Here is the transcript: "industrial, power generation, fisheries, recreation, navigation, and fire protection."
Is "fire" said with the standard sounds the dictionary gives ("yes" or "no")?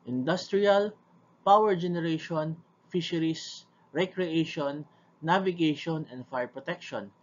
yes